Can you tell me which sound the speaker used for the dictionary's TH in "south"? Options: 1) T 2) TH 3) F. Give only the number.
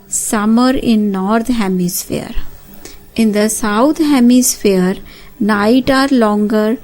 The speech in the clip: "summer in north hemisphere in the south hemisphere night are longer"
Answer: 1